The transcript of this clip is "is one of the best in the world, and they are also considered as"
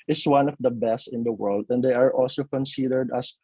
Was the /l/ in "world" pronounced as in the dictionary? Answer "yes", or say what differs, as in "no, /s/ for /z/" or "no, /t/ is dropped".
yes